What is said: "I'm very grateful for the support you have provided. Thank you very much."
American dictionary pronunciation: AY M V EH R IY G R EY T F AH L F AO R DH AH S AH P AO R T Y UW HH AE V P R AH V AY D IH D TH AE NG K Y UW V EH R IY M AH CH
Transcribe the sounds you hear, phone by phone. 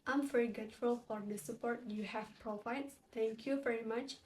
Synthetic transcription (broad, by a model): AY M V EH R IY G EY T F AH L F AO R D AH S AH P AO R T Y UW HH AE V P R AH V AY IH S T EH NG K Y UW V EH R IY M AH CH